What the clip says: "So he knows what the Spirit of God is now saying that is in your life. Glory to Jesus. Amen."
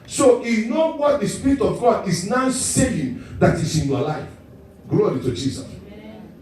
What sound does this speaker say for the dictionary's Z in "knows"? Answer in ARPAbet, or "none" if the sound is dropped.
none